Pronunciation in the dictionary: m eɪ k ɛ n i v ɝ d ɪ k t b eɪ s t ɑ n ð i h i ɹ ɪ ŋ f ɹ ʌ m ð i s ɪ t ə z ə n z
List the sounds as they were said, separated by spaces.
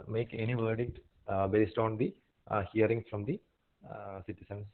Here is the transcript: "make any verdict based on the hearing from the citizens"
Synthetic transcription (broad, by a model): m eɪ k ɛ n i v ɝ d ɪ k t b eɪ s t ɑ n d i h i ɹ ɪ ŋ f ɹ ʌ m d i s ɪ t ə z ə n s